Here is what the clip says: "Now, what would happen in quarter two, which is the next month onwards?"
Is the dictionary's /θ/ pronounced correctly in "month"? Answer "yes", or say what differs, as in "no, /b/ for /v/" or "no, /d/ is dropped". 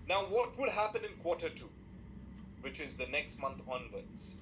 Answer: no, /t/ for /θ/